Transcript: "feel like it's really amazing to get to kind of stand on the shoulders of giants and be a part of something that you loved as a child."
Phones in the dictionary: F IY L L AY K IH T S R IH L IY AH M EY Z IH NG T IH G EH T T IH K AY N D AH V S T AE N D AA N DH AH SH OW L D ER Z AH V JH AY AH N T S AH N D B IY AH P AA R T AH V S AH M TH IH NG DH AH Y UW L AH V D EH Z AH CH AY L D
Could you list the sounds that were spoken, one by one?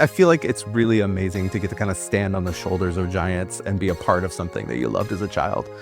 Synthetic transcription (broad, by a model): F IY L L AY K IH T S R IH L IY AH M EY Z IH NG T IH G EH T T IH K AY N D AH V S T AE N D N DH AH SH OW L D ER Z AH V JH AY AH N T S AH N B IY AH P AA R T AH V S AH M TH IH NG DH AH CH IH L AH V D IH Z AH CH AY L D